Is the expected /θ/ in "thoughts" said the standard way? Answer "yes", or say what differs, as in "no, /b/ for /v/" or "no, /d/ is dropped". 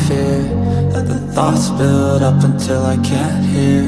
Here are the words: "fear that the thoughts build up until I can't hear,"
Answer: yes